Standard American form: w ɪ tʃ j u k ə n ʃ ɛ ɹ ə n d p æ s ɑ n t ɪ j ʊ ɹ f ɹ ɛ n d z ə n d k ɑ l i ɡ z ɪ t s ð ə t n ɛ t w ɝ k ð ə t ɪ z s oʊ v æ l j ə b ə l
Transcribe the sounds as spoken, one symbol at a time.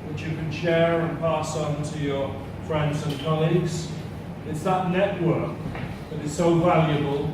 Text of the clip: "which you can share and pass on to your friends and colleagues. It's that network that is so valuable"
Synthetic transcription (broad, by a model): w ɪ tʃ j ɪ k ə n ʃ ɛ ɹ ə n p æ s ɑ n t ɪ j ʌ ɹ f ɹ ɛ n d z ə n k ɑ l i ɡ z ɪ t s ð ə t n ɛ t w ɝ k ð ə t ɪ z s oʊ v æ l j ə b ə l